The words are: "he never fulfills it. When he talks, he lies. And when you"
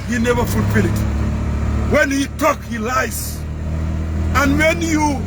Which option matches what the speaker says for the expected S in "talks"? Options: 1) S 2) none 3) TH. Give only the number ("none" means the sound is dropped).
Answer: 2